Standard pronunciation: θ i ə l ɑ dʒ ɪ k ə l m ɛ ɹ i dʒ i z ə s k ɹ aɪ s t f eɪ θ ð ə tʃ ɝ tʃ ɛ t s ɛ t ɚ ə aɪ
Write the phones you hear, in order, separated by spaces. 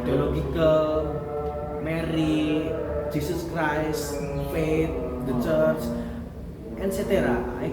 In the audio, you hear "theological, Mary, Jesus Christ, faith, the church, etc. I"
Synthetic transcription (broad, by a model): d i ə l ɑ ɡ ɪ k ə l m ɛ ɹ i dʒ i s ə s k ɹ aɪ s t f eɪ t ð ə tʃ ɝ tʃ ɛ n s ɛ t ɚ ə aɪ